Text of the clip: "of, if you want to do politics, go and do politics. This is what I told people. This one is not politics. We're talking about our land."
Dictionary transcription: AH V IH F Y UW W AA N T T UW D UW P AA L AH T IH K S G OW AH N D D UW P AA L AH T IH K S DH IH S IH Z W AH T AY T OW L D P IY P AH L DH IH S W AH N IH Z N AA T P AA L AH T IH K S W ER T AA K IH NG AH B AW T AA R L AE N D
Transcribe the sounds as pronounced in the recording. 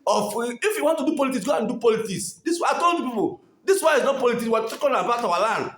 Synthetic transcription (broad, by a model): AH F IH F Y UW W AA N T T UW D UW P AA L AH T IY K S G OW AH N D D UW P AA L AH T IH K S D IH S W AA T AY T OW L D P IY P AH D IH S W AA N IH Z N AA T P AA L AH T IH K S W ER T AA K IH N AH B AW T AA W L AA N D